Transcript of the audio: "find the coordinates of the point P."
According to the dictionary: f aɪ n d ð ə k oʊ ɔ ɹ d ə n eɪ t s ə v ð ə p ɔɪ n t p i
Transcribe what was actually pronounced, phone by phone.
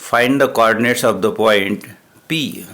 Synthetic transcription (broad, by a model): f aɪ n d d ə k oʊ ɔ ɹ d ə n eɪ t s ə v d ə p ɔɪ n t p i